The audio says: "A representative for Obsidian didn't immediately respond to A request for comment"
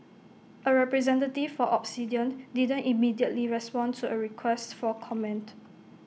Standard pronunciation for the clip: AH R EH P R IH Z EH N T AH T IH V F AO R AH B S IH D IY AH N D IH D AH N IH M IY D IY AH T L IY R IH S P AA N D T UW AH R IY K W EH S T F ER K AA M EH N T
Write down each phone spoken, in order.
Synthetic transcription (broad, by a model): AH R EH P R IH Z EH N T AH T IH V F AO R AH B S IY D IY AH N D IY D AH N IH M IY D IY AH T L IY R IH S P AA N T UW AH R IY K W EH S T F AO K AA M EH N T